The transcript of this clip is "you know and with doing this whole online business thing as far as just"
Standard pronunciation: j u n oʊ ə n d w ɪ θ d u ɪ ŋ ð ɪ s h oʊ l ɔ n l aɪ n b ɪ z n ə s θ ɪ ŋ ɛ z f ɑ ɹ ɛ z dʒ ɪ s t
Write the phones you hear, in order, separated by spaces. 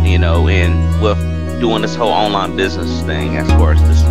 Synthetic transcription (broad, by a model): j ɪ n oʊ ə n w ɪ d u ɪ ŋ ð ɪ s h oʊ l ɔ n l aɪ n b ɪ z n ə s θ ɪ ŋ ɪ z f ɑ ɹ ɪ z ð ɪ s